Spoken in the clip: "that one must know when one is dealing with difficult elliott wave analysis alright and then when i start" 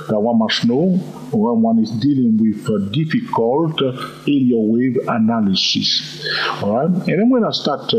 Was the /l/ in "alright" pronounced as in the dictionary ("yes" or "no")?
no